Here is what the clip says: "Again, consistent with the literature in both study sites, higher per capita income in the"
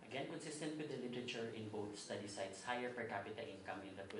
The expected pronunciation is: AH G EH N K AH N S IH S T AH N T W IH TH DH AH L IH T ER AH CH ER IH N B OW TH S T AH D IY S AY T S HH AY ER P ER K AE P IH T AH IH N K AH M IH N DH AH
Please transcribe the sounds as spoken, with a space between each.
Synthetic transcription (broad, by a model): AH G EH N K AH N S IH S T AH N T W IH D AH L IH T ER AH CH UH IH N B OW T S T AH D IY S AY T S HH AY ER P ER K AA P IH T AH IH N K AH M IH N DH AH